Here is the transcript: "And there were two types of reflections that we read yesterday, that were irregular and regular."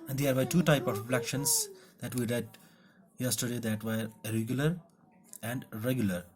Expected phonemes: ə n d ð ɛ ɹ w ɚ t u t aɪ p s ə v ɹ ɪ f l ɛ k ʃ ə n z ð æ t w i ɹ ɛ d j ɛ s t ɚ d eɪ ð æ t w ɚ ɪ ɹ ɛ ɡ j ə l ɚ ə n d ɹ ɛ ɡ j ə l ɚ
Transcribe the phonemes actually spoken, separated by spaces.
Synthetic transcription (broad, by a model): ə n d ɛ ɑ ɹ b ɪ t u t aɪ p ə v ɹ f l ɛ k ʃ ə n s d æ t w i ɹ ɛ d j ɛ s t ɚ d eɪ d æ t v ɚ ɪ ɹ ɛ ɡ j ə l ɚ ə n d ɹ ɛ ɡ j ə l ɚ